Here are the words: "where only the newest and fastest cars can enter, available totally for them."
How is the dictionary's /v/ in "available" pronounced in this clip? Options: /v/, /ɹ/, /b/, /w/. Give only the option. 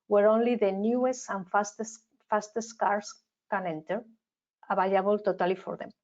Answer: /b/